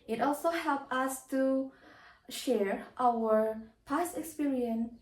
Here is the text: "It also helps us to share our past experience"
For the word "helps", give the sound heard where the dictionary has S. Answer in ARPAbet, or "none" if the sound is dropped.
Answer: none